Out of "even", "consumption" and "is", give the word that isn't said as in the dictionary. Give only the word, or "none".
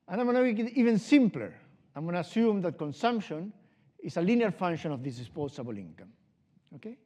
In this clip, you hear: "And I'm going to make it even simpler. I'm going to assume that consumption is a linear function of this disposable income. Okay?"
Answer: is